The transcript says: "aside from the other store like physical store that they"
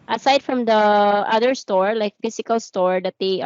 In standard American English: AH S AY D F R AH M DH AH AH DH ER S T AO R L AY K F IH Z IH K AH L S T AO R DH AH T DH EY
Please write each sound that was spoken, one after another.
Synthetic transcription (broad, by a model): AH S AY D F R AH M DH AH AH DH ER S T AO R L AY K F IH S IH K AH L S T AO R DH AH T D EY